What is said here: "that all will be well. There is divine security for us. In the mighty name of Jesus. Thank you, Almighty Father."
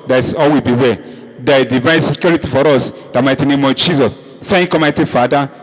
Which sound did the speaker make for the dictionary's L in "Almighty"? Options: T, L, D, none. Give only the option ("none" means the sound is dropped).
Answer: none